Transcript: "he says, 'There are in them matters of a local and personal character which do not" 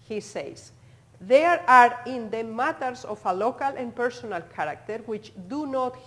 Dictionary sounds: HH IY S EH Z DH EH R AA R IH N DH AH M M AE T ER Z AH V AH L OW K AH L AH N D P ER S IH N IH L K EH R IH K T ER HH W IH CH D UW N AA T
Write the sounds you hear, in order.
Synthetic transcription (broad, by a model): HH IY S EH S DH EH R AA R IH N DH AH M M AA T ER S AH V AH L OW K AH L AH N P ER S IH N IH L K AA R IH K T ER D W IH CH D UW N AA T